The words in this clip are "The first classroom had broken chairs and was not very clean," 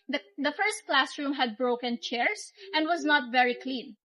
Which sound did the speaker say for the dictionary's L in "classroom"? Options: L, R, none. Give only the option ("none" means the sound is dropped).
L